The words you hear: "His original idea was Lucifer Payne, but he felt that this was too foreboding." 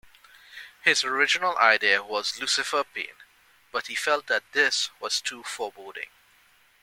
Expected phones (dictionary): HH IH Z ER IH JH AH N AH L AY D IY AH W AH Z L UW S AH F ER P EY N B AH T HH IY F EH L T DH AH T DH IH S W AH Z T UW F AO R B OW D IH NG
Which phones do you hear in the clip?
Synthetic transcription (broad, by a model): HH IH Z ER IH JH AH N AH L AY D IY AH W AH Z L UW S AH F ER P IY N B AH T HH IY F EH L T DH AH T DH IH S W AH Z T UW F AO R B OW D IH NG